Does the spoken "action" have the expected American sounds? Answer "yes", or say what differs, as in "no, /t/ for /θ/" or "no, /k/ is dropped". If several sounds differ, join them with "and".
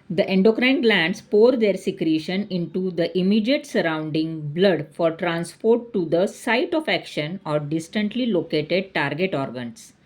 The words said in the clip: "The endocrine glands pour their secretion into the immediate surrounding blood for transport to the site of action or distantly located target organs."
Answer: yes